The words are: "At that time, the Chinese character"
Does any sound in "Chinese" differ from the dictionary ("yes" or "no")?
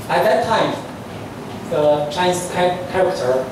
yes